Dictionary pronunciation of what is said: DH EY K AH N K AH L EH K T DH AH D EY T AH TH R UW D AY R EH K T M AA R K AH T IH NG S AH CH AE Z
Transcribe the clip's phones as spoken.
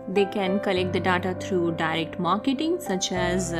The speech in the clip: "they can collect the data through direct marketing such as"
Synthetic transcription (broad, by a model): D EY K AH N K AH L EH K T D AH D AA T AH T R UW D AY R EH K T M AA R K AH T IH NG S AH CH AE Z